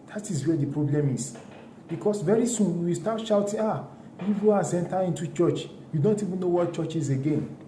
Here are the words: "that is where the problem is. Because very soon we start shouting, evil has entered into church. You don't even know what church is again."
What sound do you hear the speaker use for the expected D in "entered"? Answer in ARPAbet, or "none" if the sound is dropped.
none